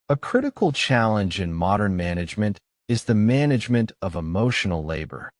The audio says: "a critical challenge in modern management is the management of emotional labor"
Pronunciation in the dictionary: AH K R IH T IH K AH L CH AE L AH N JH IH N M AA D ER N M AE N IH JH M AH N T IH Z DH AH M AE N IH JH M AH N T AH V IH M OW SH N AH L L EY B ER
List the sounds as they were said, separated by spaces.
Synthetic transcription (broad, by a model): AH K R IH T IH K L CH AE L AH N JH IH N M AA D ER N M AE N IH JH M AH N T IH Z DH AH M AE N IH JH M AH N T AH V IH M OW SH N L L EY B ER